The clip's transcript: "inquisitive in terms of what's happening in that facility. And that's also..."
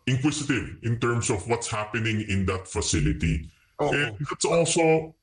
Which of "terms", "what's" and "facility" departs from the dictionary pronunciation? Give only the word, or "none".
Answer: terms